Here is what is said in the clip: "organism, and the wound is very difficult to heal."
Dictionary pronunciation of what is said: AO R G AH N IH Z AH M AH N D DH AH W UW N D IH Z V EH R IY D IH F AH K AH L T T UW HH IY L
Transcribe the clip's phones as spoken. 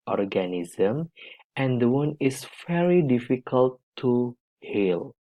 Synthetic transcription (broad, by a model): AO R G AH N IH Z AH M AH N D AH W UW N IH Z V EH R IY D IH F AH K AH L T T UW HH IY L